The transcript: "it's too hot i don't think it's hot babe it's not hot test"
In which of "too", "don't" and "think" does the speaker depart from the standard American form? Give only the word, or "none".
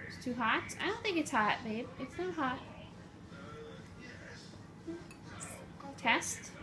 none